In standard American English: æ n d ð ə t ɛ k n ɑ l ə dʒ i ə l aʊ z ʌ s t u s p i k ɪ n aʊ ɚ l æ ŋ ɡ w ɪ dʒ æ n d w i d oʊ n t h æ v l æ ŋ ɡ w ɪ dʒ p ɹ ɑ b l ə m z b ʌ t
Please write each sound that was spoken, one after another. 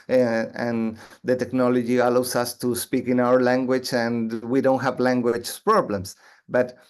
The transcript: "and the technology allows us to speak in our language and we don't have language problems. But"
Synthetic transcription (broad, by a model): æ n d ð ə t ɛ k n ɑ l ə dʒ i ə l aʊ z ʌ s t u s p i k ɪ n aʊ ɚ l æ ŋ ɡ w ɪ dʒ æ n w i d oʊ n t h æ v l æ ŋ ɡ w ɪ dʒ p ɹ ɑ b l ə m s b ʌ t